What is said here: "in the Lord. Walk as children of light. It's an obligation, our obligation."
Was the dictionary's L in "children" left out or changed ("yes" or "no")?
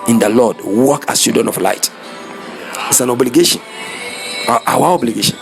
yes